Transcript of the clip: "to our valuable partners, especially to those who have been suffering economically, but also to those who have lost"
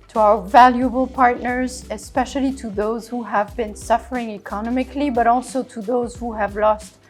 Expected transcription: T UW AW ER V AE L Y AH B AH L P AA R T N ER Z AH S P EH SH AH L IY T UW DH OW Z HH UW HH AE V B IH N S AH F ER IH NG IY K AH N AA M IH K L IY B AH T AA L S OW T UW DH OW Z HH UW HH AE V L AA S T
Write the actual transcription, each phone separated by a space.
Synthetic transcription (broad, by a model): T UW AW ER V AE L Y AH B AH L P AA R T N ER Z AH S P EH SH AH L IY T UW DH OW Z HH UW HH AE V B IH N S AH F ER IH NG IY K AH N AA M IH K L IY B AH T AA L S OW T UW DH OW Z HH UW HH AE V L AA S T